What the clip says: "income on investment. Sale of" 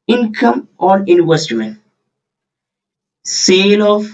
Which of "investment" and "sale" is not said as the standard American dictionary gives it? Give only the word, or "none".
investment